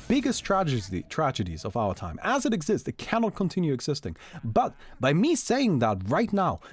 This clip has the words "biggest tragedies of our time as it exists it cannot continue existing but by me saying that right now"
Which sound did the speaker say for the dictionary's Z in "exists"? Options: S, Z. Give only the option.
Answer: Z